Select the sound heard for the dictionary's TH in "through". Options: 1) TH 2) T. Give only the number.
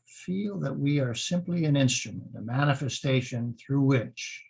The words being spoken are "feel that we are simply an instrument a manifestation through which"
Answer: 1